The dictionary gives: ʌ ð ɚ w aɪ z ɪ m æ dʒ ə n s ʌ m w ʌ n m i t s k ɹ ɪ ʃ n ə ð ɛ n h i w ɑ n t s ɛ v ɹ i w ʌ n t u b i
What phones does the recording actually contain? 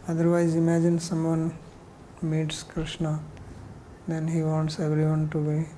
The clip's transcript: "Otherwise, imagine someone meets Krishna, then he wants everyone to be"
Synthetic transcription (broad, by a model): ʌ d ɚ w aɪ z ɪ m æ dʒ ə n s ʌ m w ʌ n m i t s k ɹ ɪ ʃ n ə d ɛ n h i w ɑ n t s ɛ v ɹ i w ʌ n t u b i